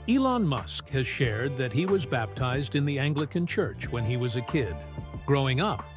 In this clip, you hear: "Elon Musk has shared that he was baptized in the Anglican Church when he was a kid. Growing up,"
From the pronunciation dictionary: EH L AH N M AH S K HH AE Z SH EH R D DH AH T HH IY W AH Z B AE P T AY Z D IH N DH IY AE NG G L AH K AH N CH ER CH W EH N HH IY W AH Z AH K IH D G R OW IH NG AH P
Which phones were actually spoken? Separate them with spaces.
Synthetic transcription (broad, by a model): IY L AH N M AH S K HH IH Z SH EH R D DH AH T HH IY W AH Z B AE P T AY Z D IH N DH IY AE NG G L AH K AH N CH ER CH W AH N IY W AH Z AH K IH D G R OW IH NG AH P